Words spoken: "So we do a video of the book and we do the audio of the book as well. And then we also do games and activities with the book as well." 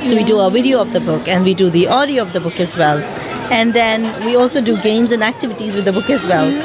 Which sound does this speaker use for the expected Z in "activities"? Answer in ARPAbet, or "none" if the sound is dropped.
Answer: Z